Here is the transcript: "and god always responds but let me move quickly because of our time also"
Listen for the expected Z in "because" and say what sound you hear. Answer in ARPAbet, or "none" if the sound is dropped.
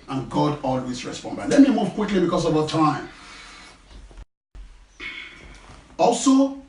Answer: S